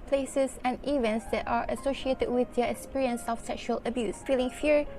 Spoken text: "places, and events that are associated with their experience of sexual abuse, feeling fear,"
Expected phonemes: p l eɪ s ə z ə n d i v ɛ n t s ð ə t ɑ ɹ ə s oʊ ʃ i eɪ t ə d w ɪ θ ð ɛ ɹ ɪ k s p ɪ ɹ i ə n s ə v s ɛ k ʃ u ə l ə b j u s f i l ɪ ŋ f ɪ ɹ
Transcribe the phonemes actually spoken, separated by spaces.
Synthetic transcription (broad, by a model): p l eɪ s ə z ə n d i v ɛ n t s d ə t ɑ ɹ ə s oʊ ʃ i eɪ t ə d w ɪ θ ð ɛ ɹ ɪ k s p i ɹ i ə n s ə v s ɛ k ʃ u ə l ə b j u s f i l ɪ ŋ f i ɹ